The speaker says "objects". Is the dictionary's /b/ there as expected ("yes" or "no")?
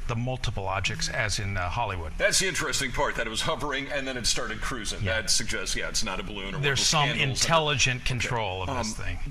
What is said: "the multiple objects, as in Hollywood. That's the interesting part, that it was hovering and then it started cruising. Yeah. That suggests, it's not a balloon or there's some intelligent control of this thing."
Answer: no